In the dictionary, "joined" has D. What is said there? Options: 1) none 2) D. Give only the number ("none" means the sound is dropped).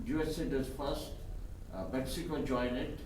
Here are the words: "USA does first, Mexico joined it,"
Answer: 1